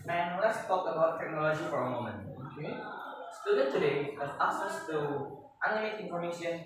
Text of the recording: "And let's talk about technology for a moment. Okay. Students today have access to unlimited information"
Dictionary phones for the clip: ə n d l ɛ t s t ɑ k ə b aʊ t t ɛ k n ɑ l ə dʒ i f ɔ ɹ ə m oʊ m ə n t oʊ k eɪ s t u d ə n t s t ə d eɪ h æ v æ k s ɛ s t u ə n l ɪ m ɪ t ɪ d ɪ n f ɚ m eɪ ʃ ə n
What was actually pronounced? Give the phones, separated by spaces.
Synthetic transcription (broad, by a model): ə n l ɛ t s t ɑ k ə b aʊ t t ɛ k n ɑ l ə dʒ i f ɔ ɹ ə m oʊ m ə n t oʊ k eɪ s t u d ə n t t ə d eɪ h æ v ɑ s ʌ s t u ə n ɪ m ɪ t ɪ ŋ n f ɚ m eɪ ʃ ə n